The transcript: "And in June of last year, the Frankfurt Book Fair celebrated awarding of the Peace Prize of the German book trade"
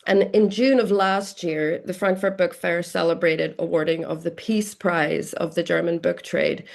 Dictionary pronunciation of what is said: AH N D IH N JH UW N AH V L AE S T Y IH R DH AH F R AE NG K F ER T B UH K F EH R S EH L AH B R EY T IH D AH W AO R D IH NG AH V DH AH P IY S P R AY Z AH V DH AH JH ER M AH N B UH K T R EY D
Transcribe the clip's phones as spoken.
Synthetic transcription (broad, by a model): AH N IH N JH UW N AH V L AE S T Y IH R DH AH F R AE NG K F ER T B UH K F EH R S EH L AH B R EY T IH D AH W AO R D IH NG AH V DH AH P IY S P R AY Z AH V DH AH JH ER M AH N B UH K T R EY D